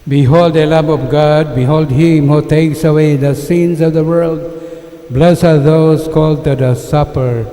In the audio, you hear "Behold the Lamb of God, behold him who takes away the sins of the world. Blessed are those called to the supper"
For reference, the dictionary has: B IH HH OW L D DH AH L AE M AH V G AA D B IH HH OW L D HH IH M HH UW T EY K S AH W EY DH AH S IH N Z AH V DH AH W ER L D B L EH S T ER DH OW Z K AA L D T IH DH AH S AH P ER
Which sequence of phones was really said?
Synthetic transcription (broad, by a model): B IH HH OW L D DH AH L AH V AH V G AA D B IH HH OW L D HH IH M HH UW T EY K S AH W EY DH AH S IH N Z AH V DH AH W ER L D B L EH S ER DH OW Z K AA L D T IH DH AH S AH P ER